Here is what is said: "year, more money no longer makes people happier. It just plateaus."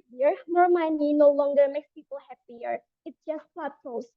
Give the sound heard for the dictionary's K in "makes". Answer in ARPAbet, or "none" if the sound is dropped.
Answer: K